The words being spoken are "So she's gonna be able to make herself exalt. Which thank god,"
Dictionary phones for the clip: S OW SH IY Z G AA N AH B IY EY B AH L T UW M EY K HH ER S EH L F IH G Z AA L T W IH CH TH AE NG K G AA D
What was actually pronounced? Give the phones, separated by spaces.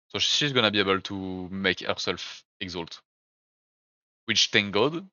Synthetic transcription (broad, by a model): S OW SH IY Z G AA N AH B IY EY B AH L T UW M EY K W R S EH L F IH G Z AA L T W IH CH T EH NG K G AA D